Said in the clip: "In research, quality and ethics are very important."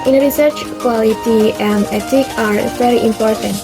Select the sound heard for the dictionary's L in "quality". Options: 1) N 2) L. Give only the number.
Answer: 2